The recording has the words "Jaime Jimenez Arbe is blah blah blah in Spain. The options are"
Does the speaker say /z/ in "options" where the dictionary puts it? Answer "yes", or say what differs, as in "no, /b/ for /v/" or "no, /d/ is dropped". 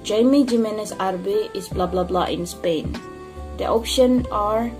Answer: no, /z/ is dropped